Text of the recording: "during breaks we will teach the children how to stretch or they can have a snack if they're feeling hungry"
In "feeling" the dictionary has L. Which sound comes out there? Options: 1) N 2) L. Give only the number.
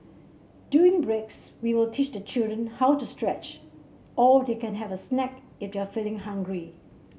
2